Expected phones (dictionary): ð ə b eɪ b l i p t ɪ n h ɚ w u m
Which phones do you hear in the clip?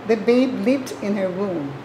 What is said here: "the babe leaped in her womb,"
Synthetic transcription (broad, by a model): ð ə b eɪ b l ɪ t ɪ n h ɚ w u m